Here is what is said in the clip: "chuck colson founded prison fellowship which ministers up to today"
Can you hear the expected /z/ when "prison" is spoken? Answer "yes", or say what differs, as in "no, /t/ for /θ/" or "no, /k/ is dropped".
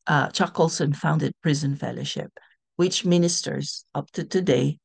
yes